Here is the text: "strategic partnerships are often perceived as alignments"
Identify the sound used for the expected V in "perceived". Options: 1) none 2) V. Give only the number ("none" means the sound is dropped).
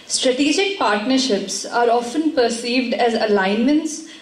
2